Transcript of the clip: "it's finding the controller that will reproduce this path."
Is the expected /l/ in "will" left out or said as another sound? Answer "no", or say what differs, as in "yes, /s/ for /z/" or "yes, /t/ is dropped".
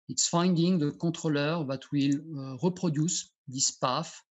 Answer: no